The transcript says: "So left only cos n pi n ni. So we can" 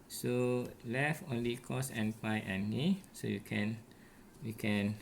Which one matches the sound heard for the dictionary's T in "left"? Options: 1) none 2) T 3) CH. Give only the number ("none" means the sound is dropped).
1